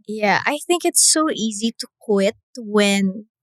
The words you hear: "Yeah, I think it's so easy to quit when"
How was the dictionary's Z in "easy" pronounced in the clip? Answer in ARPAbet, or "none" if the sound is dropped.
Z